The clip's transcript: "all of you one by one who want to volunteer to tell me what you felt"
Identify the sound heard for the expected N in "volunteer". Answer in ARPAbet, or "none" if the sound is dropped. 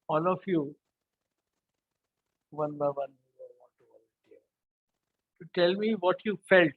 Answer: none